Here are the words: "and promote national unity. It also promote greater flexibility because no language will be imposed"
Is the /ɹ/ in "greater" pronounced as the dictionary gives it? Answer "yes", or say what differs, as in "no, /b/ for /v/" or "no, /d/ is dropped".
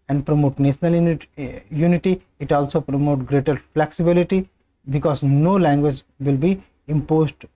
yes